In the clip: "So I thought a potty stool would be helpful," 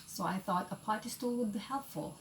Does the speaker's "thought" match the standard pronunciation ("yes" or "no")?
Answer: yes